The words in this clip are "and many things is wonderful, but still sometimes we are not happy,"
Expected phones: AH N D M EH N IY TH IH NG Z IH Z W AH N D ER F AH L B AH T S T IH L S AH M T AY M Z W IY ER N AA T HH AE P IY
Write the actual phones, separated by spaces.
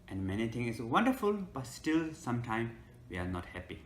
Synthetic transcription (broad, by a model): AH N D M EH N IY T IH NG IH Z W AH N D ER F AH L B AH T S T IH L S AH M T AY M W IY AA N AA T HH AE P IY